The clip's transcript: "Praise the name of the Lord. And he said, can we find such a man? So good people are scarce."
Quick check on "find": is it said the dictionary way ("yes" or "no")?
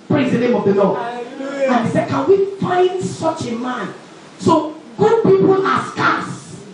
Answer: yes